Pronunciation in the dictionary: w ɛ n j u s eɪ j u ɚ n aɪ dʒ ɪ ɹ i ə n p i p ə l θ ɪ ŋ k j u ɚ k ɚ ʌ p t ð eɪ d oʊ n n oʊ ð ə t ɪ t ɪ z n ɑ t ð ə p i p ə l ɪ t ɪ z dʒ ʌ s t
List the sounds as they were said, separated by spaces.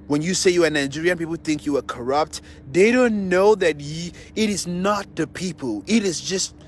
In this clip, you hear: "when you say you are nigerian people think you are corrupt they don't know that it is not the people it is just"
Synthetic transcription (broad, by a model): w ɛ n j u s eɪ j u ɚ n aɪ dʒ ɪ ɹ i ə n p i p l θ ɪ ŋ k j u ɚ k ɚ ʌ p t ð eɪ d oʊ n n oʊ ð ə t ɪ t ɪ z n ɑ t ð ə p i p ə l ɪ t ɪ z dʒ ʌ s t